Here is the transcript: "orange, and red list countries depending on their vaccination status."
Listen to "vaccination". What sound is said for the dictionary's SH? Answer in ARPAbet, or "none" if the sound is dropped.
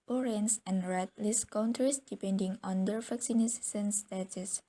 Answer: S